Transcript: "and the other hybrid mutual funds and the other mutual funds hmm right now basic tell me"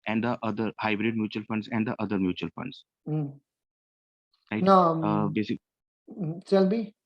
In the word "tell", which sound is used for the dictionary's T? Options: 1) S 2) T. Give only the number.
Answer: 1